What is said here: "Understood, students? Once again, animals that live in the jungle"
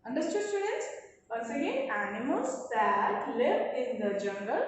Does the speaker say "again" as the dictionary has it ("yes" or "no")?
no